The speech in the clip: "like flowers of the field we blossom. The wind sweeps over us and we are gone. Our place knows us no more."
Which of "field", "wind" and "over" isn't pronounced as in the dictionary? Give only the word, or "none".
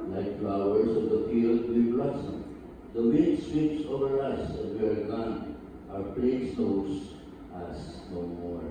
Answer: wind